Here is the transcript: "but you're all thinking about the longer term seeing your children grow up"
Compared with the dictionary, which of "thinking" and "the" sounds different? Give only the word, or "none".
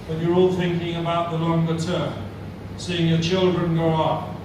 none